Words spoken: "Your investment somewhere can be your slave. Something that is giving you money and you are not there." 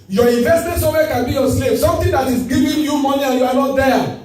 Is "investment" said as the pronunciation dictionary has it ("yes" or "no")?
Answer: no